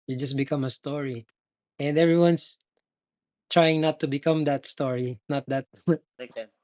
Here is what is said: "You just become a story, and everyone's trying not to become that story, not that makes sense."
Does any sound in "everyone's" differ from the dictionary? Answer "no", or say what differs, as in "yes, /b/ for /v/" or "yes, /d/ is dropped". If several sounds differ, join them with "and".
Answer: yes, /s/ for /z/